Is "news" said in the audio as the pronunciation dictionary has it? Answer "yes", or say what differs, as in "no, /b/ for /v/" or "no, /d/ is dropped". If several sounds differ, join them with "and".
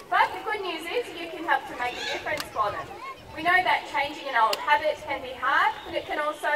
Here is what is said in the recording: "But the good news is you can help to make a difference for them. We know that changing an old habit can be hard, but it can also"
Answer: yes